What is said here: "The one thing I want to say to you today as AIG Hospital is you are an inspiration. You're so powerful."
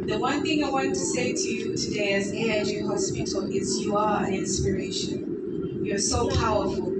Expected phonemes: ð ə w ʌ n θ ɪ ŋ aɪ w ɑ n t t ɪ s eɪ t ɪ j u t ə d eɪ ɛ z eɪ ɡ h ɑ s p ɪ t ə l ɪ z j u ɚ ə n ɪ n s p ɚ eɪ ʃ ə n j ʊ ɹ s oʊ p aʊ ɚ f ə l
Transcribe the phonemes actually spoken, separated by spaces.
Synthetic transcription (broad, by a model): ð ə w ʌ n θ ɪ ŋ aɪ w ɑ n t t ɪ s eɪ t ɪ j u t ə d eɪ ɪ z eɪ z h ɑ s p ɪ t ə l ɪ z j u ɚ ə n ɪ n s p ɚ eɪ ʃ ə n j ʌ ɹ s oʊ p aʊ ɚ f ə l